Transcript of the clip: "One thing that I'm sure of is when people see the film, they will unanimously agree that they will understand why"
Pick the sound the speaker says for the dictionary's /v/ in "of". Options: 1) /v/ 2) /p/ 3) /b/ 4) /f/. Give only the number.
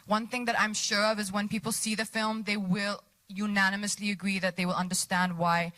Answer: 1